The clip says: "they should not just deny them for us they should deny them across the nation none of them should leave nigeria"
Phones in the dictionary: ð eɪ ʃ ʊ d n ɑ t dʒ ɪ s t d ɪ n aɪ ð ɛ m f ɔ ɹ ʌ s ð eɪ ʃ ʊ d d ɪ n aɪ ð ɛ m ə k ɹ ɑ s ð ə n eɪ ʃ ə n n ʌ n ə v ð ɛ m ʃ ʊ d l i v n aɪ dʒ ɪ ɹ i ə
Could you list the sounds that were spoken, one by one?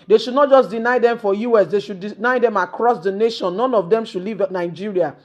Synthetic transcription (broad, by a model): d eɪ ʃ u d n ɑ t dʒ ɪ s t d ɪ n aɪ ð ɛ m f ɔ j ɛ s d eɪ ʃ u d d ɪ n aɪ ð ɛ m ə k ɹ ɑ s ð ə n eɪ ʃ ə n n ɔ n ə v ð ɛ m ʃ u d l i v n aɪ dʒ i ɹ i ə